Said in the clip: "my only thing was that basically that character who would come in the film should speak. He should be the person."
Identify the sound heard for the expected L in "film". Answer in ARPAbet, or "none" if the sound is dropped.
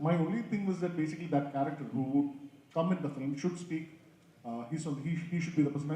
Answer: none